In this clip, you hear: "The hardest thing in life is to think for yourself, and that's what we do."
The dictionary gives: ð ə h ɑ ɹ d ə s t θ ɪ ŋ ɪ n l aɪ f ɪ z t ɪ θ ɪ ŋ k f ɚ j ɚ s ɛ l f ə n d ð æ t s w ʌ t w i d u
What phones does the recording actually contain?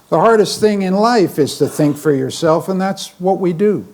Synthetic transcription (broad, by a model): ð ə h ɑ ɹ d ə s t θ ɪ ŋ ɪ n l aɪ f ɪ z t ɪ θ ɪ ŋ k f ɚ j ɚ s ɛ l f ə n ð æ t s w ʌ t w i d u